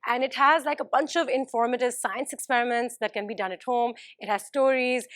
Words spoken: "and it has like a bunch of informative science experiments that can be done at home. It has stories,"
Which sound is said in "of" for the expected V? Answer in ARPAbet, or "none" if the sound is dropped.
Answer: V